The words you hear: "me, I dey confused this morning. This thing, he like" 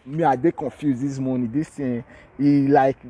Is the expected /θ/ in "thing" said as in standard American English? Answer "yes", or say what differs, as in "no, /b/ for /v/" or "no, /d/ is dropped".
no, /t/ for /θ/